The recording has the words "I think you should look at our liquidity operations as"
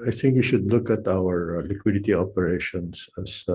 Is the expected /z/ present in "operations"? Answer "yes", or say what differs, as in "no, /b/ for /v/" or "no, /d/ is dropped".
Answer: no, /s/ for /z/